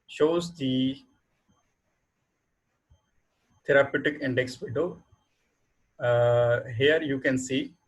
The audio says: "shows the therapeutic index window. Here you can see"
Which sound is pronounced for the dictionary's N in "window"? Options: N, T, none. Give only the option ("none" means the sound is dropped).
none